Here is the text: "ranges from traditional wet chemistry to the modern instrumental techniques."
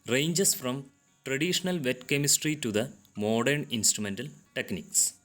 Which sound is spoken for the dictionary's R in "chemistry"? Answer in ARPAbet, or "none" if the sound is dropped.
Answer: R